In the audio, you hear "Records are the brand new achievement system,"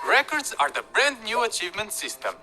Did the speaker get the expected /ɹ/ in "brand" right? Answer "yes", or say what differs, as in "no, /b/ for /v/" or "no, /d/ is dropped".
yes